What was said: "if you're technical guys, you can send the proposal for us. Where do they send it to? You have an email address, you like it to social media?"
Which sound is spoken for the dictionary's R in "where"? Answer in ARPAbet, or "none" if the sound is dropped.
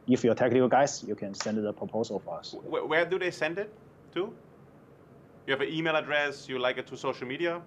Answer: W